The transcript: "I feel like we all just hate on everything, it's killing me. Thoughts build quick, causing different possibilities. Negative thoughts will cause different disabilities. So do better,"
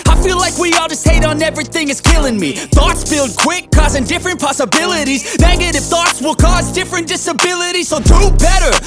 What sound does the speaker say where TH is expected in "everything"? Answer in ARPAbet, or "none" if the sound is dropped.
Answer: TH